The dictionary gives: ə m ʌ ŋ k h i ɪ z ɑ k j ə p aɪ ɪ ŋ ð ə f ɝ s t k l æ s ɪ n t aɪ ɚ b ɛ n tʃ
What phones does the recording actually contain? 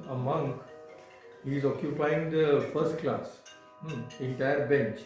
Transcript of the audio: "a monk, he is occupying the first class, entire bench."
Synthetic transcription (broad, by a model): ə m ʌ ŋ k h i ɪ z ɑ k j ə p aɪ ɪ ŋ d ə f ɝ s t k l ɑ s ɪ n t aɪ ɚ b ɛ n tʃ